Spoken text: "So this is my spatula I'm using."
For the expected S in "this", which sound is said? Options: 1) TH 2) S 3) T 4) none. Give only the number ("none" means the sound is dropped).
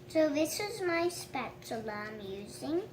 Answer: 2